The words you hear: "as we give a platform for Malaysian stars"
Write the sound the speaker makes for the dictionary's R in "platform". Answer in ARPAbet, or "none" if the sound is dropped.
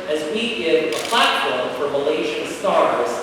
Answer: L